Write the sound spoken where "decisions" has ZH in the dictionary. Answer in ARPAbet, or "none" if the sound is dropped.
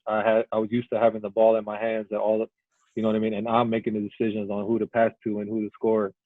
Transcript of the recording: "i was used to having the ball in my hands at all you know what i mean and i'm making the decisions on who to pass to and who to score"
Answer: ZH